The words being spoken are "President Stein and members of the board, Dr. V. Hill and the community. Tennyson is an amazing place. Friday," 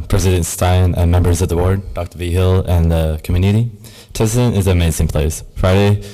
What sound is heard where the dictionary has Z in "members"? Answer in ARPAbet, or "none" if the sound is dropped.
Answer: Z